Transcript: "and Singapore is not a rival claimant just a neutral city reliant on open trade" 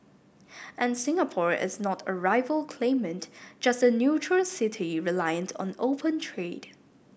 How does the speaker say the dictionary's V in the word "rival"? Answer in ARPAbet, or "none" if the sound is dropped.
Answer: V